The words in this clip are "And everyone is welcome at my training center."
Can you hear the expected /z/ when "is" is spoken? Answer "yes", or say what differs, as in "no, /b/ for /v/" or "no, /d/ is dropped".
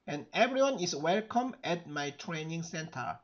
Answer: no, /s/ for /z/